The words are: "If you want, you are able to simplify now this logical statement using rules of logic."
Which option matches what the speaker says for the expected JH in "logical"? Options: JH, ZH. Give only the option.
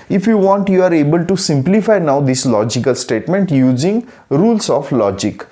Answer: JH